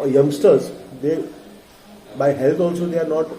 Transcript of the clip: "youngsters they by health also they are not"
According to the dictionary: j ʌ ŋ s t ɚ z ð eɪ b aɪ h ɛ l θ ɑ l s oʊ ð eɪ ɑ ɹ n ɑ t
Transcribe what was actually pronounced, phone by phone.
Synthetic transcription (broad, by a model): j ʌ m s t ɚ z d eɪ b aɪ h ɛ l t ɑ l s oʊ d eɪ ɑ ɹ n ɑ t